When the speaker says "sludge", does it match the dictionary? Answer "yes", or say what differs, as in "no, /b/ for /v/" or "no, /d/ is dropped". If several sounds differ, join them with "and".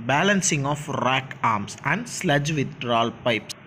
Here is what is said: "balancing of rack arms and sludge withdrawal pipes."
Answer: yes